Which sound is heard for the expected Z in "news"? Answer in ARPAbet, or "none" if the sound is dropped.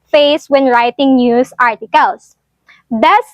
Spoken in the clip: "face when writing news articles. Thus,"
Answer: S